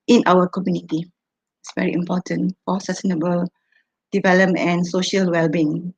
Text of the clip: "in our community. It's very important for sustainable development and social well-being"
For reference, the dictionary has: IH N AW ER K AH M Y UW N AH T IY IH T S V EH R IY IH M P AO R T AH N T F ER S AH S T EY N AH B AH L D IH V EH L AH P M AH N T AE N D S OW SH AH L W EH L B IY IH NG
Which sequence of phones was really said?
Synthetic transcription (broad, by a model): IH N AW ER K AH M Y UW N AH T IY IH T S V EH R IY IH M P AO T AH N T F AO S AH S T EY N AH B AH L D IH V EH L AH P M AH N N S OW SH AH L W EH L B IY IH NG